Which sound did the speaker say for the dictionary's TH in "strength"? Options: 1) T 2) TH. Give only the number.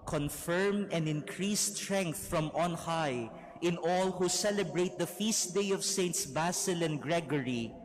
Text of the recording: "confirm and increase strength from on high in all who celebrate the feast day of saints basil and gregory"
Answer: 2